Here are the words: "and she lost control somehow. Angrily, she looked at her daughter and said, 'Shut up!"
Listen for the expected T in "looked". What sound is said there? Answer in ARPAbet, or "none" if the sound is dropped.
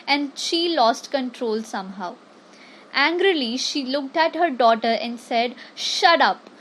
T